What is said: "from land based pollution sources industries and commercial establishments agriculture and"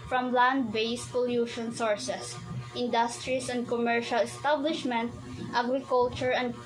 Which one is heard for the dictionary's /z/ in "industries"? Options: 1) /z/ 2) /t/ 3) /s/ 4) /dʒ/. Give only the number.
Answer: 3